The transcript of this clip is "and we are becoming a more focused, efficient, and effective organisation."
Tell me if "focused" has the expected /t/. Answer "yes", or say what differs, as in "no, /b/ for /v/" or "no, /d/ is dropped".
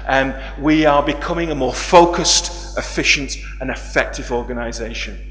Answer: yes